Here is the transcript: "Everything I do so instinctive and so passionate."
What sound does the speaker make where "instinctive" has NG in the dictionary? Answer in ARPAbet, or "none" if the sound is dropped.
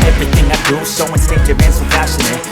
none